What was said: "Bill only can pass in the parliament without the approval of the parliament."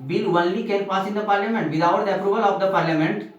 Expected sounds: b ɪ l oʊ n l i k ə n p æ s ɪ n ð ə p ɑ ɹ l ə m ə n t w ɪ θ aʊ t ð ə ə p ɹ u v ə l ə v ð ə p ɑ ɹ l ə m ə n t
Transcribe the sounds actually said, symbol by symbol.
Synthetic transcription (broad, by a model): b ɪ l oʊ l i k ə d p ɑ s ɪ n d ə p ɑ ɹ l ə m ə n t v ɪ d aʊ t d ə ə p ɹ u v ə l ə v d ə p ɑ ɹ l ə m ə n t